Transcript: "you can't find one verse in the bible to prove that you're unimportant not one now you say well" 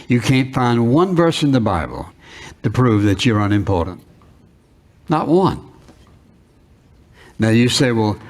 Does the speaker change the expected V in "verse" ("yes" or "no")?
no